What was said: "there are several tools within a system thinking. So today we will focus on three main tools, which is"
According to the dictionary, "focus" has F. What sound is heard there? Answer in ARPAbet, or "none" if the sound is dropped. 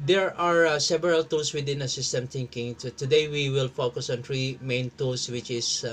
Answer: F